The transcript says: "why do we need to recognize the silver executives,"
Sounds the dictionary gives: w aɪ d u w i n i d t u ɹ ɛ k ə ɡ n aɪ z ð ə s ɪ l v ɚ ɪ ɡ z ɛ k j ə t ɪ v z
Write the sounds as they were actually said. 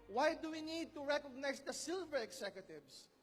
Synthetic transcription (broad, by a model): w aɪ d u w i n i d t u ɹ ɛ k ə ɡ n aɪ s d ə s ɪ l v ɚ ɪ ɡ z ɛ k j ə t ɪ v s